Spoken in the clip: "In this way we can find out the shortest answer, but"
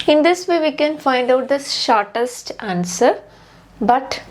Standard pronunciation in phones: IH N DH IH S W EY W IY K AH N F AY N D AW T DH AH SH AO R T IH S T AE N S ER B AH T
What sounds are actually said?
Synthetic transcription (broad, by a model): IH N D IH S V EY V IY K AH N F AY N D AW T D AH SH AO R T IH S T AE N S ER B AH T